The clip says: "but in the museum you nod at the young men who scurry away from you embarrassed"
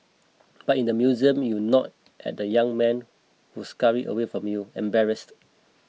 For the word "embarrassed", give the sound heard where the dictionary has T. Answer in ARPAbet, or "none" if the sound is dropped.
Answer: T